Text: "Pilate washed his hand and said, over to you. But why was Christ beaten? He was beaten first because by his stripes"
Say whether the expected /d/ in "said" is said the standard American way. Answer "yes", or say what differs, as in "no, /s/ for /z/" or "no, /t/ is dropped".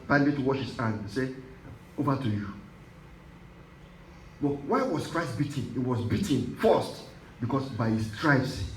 no, /d/ is dropped